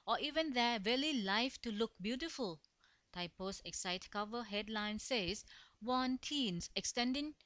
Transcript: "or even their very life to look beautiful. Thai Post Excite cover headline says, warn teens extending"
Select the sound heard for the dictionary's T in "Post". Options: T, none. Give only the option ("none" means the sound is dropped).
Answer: none